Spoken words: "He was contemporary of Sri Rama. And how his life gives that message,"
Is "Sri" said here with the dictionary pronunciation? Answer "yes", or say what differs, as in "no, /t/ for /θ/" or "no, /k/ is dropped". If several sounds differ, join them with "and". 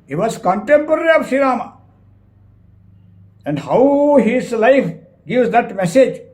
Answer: no, /ɹ/ is dropped